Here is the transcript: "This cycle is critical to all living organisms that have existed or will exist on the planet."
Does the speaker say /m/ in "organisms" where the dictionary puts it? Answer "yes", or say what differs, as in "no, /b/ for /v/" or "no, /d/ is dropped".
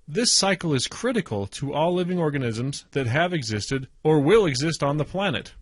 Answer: yes